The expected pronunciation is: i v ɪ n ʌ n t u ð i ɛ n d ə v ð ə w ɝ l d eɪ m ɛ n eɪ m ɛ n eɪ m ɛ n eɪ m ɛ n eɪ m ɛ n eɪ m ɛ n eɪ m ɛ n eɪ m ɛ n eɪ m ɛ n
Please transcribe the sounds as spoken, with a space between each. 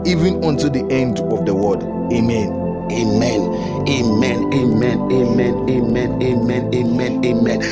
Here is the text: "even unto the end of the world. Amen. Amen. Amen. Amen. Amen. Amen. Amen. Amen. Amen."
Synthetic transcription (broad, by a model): i v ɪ n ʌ n t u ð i ɛ n d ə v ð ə w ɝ d eɪ m ɛ n eɪ m ɛ n eɪ m ɛ n eɪ m ɛ n eɪ m ɛ n eɪ m ɛ n eɪ m ɛ n eɪ m ɛ n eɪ m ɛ n